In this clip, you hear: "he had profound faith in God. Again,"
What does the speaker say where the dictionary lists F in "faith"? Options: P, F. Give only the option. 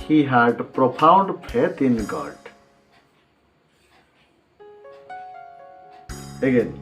P